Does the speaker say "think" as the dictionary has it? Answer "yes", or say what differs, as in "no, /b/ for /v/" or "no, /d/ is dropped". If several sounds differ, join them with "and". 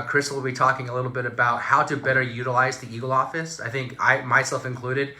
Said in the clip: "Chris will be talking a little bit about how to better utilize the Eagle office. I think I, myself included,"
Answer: yes